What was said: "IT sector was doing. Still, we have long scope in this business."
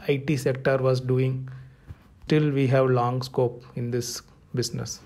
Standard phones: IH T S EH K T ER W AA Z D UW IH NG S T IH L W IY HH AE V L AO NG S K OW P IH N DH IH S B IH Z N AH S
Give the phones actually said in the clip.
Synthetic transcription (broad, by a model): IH T S EH K T ER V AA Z D UW IH NG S T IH L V IY HH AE V L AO NG S K OW P IH N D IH S B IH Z N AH S